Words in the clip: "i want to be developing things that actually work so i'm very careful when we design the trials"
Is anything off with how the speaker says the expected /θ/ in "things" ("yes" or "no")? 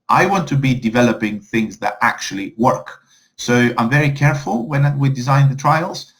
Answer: no